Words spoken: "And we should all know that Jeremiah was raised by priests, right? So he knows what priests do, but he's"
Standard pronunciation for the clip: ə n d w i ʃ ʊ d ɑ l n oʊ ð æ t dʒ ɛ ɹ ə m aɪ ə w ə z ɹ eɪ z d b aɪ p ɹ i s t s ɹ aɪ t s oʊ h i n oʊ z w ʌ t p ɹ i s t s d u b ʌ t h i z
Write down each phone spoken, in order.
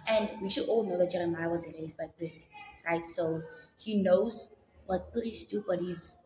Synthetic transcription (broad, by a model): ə n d w i ʃ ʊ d ɑ l n oʊ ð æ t dʒ ɛ ɹ ə m aɪ ə w ə z ɹ eɪ z d b aɪ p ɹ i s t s ɹ aɪ t s oʊ h i n oʊ z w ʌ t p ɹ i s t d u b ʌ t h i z